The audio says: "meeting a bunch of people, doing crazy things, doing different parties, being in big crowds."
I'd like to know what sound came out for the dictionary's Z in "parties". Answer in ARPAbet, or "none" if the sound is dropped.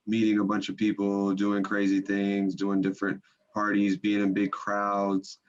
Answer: Z